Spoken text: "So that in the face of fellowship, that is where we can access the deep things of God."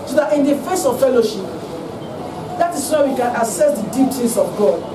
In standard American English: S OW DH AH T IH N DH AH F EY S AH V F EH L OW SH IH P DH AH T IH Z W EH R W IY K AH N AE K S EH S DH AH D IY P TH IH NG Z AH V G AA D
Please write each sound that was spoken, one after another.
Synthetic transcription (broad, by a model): S OW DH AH T IH N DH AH F EY S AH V F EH L OW SH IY P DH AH T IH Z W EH W IY K AH N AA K S EH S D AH D IY P T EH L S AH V G AA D